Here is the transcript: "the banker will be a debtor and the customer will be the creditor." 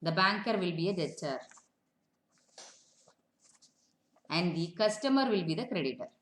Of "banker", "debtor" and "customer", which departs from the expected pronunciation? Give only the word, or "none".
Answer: debtor